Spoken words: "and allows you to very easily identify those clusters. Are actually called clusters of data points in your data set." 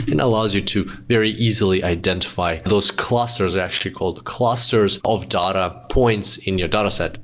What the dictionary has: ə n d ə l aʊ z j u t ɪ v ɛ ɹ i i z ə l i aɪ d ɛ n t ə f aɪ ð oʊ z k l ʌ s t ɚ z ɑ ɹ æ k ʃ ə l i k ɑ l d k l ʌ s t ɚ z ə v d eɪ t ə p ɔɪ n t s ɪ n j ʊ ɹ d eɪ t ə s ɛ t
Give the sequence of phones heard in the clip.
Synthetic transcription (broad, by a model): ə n ə l aʊ z j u t ɪ v ɛ ɹ i i z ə l i aɪ d ɛ n t ə f aɪ ð oʊ z k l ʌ s t ɚ z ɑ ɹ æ k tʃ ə l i k ɑ l d k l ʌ s t ɚ z ə v d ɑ t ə p ɔɪ n t s ɪ n j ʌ ɹ d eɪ t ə s ɛ t